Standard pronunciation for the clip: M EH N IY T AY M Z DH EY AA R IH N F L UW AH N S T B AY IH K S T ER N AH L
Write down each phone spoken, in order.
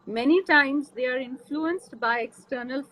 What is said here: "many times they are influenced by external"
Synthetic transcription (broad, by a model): M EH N IY T AY M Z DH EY AA R IH N F L UW AH N S T B AY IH K S T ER N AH L